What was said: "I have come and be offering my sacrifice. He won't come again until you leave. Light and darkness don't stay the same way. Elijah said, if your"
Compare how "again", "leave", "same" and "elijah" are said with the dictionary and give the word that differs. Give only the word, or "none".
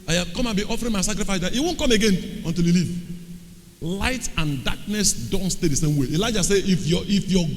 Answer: none